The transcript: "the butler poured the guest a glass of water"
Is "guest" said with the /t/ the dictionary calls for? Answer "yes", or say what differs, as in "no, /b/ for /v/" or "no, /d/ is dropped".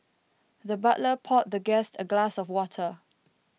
yes